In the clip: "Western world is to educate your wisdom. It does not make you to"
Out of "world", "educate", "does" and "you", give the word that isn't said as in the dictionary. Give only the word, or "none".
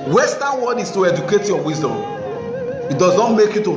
world